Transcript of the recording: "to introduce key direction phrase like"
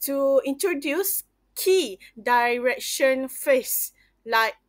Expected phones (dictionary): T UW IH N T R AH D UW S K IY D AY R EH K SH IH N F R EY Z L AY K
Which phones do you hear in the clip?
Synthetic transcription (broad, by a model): T UW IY N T R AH D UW S K IY D AY R EH K SH IH N F EY S L AY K